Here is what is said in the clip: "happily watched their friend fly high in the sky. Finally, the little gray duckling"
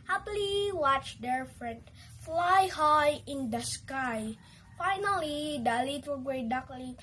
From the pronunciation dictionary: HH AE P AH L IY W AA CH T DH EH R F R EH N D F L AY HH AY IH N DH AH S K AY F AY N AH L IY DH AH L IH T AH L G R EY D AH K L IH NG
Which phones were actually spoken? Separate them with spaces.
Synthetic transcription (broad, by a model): HH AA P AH L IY W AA CH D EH R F R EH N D F L AY HH AY IH N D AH S K AY F AY N AH L IY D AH L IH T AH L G W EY D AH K L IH